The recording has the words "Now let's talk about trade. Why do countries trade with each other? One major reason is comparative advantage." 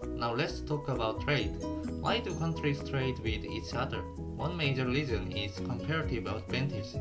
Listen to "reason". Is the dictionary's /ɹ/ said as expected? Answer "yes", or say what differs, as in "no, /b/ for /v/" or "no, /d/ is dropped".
no, /l/ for /ɹ/